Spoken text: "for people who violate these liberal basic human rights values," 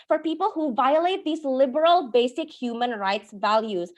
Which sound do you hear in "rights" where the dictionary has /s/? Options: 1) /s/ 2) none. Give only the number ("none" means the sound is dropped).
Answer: 1